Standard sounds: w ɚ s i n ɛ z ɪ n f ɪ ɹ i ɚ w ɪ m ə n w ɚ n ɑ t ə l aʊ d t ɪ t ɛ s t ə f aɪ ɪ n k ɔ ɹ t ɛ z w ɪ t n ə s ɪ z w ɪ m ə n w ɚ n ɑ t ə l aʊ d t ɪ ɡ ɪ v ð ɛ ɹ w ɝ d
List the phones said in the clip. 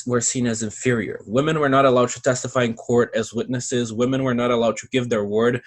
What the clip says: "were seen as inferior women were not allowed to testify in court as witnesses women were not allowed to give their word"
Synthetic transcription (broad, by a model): w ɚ s i n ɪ z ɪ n f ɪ ɹ i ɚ w ɪ m ə n w ɚ n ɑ t ə l aʊ d t ɪ t ɛ s t ə f aɪ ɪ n k ɔ ɹ t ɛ z w ɪ t n ə s ɪ z w ɪ m ə n w ɚ n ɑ t ə l aʊ d t ɪ ɡ ɪ v ð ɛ ɹ w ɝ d